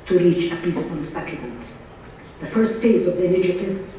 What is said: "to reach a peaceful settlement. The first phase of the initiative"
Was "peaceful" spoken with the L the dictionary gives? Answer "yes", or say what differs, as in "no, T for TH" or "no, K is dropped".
no, N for L